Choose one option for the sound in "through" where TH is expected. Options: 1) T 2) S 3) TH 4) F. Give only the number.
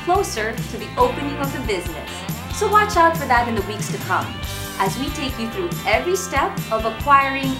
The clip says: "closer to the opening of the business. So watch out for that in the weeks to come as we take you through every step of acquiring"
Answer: 3